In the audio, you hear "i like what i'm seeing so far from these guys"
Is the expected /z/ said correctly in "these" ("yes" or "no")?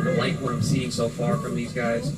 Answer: yes